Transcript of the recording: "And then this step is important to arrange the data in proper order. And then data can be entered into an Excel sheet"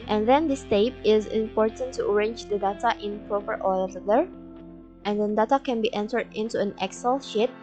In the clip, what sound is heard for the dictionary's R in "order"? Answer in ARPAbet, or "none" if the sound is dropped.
L